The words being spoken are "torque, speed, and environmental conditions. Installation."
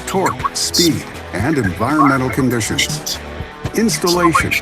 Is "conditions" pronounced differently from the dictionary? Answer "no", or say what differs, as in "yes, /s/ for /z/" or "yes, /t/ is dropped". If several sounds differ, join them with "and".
no